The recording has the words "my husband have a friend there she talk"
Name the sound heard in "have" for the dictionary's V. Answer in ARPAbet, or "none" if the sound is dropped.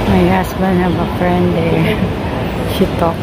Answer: B